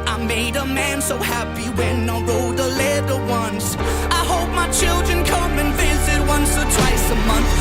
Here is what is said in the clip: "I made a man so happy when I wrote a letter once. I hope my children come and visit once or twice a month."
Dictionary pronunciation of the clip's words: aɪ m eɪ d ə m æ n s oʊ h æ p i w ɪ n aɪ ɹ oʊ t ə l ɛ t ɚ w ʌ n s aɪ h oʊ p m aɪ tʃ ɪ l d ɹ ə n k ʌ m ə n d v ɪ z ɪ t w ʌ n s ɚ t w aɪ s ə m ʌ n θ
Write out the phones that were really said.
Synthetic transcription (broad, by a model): aɪ m eɪ d ə m æ n s oʊ h æ p i w ɪ n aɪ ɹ oʊ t ə l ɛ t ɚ w ʌ n s aɪ h oʊ p m aɪ tʃ ɪ l d ɹ ə n k ʌ m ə n v ɪ z ɪ t w ʌ n s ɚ t w aɪ s ə m ʌ n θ